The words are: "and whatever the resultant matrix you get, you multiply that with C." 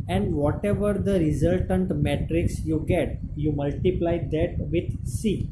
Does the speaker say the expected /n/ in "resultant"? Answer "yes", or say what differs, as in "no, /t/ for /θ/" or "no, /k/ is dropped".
yes